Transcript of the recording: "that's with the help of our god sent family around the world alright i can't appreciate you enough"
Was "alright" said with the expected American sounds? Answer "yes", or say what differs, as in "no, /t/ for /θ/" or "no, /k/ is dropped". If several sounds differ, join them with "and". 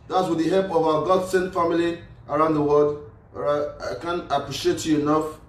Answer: no, /l/ is dropped